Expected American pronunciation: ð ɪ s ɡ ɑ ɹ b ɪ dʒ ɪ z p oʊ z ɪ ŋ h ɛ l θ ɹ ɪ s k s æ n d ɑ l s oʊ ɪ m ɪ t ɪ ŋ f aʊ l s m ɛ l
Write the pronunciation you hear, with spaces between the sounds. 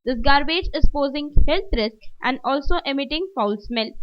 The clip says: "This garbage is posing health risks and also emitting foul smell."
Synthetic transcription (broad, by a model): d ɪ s ɡ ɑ ɹ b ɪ dʒ ɪ z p oʊ z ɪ ŋ h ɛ l t ɹ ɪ s k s æ n d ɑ l s oʊ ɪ m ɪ t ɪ ŋ f aʊ l s m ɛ l